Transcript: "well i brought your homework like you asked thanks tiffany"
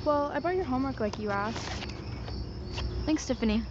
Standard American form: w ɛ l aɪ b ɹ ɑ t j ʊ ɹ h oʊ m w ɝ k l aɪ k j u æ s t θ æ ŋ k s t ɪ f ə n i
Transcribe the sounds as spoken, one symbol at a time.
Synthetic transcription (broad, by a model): w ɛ l aɪ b ɑ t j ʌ ɹ h oʊ m w ɝ k l aɪ k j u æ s θ æ ŋ k s t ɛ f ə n i